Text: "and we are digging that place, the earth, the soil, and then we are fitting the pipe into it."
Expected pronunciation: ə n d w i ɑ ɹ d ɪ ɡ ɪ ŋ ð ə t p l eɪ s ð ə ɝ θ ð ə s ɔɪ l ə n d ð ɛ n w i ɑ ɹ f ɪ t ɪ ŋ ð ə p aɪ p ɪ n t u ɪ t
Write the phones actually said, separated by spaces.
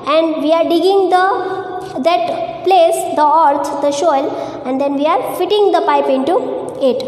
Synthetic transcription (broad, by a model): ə n d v i ɑ ɹ d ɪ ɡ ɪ ŋ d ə t p l eɪ s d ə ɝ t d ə ʃ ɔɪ l ə n d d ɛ n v i ɑ ɹ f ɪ t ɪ ŋ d ə p aɪ p ɪ n t u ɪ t